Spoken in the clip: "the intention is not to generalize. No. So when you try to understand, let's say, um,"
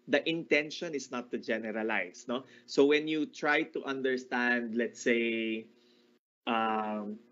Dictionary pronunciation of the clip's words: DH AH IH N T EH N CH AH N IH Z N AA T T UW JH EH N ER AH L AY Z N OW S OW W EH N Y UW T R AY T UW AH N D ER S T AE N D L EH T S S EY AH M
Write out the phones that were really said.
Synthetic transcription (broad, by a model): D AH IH N T EH N SH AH N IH S N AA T T UW JH EH N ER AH L AY S N OW S OW W EH N Y UW T R AY T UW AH N D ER S T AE N D L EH T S S EY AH M